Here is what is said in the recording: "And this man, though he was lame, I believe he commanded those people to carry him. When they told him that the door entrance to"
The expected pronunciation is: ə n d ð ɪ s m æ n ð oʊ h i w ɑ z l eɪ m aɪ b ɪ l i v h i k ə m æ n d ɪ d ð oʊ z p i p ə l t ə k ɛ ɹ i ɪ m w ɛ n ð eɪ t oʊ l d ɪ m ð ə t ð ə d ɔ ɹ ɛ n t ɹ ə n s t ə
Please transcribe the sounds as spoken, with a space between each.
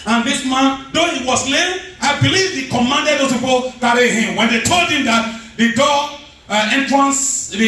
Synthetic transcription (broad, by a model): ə n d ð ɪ s m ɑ n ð oʊ h i w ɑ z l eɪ aɪ b ɪ l i v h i k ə m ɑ n d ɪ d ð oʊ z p i p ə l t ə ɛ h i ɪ m w ɛ n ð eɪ t oʊ l d ɪ m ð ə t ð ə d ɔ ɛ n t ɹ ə n s